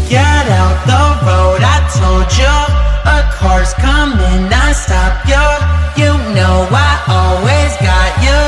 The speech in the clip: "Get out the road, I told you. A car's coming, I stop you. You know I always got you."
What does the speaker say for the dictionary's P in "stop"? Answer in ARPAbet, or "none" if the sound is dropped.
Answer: P